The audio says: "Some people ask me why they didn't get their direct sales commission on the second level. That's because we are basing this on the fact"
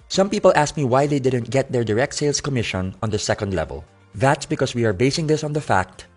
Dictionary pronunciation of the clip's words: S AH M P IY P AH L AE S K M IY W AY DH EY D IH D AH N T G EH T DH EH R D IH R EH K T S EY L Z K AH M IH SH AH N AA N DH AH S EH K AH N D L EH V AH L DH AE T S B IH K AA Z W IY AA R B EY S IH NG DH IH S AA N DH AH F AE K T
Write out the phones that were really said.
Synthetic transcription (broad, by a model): S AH M P IY P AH L AE S K M IY W AY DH EY D IH D AH N T G EH T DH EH R D IH R EH K T S EY L S K AH M IH SH AH N AA N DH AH S EH K AH N D L EH V AH L DH AE T S B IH K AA S W IY AA R B EY S IH NG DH IH S AA N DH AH F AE K T